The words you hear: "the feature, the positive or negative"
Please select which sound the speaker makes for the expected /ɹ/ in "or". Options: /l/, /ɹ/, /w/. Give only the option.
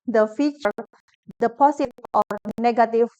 /ɹ/